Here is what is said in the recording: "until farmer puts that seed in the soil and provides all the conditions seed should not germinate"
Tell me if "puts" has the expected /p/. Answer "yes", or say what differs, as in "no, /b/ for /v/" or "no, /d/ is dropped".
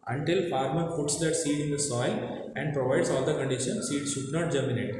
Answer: no, /f/ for /p/